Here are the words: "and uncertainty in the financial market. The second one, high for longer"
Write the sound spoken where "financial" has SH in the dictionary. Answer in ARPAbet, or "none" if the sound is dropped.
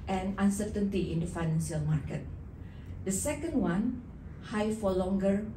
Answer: S